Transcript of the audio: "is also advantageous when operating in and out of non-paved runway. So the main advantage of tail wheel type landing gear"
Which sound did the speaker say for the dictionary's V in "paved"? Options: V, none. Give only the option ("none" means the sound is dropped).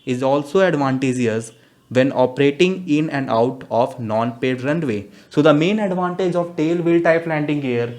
none